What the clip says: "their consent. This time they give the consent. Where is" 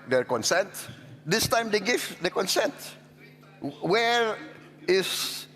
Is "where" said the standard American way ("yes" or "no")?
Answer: yes